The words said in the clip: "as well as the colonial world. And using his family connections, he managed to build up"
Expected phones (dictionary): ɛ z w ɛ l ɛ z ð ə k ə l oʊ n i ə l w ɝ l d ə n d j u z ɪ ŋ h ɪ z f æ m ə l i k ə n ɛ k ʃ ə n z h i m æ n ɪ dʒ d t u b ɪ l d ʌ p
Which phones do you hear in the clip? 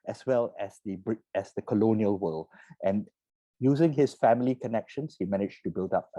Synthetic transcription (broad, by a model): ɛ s w ɛ l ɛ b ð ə k ə l oʊ n i ə l w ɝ l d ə n j u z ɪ ŋ h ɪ s f æ m ə l i k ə n ɛ k ʃ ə n s h i m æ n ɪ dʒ t u b ɪ l d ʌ p